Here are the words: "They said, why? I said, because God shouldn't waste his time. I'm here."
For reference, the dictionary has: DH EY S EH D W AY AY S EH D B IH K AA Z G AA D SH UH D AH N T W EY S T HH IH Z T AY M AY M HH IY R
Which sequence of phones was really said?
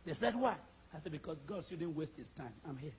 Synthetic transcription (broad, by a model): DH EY S EH D W AY AY S EH D B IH K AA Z G AA D S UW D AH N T W EY S T HH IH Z T AY M AY M HH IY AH